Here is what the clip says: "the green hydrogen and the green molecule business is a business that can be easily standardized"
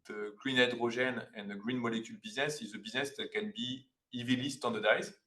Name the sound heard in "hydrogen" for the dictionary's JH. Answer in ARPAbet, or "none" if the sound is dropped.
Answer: ZH